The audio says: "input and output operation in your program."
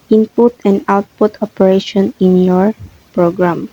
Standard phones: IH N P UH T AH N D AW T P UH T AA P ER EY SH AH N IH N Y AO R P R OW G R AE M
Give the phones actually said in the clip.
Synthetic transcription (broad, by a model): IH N P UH T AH N AW T P UH T AA P ER EY SH AH N IH N Y AO R P R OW G R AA M